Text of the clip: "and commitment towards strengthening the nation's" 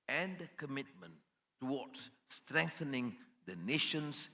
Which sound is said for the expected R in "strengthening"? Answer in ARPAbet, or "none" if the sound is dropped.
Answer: R